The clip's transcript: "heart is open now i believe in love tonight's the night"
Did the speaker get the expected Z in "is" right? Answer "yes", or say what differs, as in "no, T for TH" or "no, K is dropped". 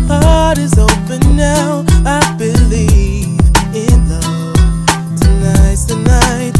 yes